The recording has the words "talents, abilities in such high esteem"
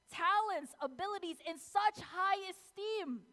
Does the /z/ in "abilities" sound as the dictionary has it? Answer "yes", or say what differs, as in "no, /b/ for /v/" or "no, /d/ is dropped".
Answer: yes